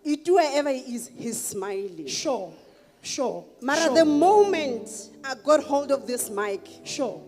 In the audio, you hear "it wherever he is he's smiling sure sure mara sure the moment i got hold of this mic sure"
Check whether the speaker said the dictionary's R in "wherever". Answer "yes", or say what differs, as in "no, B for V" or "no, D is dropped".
no, W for R